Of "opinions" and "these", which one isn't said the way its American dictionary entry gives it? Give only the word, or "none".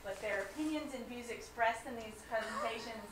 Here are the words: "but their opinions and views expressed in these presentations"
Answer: none